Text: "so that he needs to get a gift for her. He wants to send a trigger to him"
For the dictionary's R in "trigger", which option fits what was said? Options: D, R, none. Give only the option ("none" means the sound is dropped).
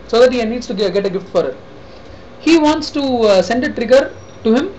R